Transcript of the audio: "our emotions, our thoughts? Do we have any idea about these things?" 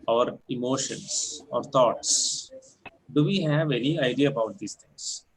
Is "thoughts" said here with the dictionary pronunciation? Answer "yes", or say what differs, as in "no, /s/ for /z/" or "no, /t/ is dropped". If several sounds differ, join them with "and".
no, /t/ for /θ/